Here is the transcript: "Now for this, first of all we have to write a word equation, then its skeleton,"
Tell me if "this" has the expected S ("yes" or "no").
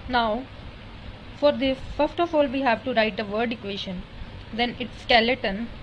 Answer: no